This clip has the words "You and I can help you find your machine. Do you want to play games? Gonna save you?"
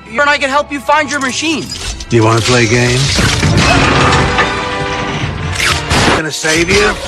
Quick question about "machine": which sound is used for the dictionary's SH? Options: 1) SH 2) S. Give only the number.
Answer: 1